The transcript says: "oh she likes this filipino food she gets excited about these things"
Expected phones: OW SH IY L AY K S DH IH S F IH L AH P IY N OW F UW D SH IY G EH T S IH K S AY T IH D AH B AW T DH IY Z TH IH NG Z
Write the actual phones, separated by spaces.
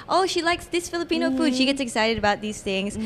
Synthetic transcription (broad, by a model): OW SH IY L AY K S DH IH S F IH L AH P IY N OW F UW D SH IY G EH T S IH K S AY T IH D AH B AW T DH IY Z TH IH NG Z